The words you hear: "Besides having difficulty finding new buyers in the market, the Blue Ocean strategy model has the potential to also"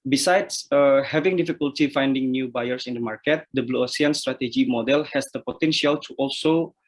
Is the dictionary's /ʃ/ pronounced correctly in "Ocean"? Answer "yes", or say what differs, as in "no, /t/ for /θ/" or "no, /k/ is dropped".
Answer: no, /s/ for /ʃ/